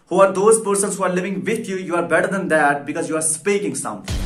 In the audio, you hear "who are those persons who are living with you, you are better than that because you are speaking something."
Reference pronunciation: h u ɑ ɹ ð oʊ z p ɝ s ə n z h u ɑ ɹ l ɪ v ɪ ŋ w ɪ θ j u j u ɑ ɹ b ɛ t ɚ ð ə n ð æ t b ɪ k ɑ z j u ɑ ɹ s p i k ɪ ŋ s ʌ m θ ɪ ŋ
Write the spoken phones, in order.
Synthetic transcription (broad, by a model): h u ɑ ɹ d oʊ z p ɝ s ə n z h u ɑ ɹ l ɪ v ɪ ŋ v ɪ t j u j u ɑ ɹ b ɛ t ɚ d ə n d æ t b ɪ k ɑ z j u ɑ ɹ s p i k ɪ ŋ s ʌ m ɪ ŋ